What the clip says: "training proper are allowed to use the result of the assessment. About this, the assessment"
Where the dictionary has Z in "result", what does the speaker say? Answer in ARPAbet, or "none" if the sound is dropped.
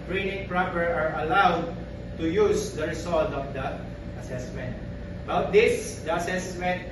S